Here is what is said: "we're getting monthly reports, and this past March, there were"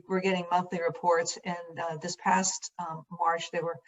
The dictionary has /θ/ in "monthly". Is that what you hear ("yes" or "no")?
yes